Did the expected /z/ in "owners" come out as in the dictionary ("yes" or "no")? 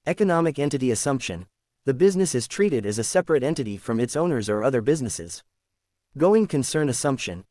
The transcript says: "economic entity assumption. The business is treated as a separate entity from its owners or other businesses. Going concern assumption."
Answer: yes